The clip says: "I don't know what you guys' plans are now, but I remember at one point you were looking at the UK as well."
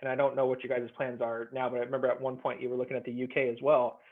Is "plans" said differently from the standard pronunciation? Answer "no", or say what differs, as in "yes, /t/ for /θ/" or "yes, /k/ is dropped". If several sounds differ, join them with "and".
no